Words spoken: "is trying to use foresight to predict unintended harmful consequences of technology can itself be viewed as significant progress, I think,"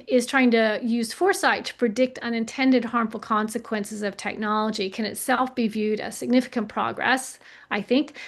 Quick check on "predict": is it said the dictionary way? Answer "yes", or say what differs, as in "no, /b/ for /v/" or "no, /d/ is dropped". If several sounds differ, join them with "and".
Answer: yes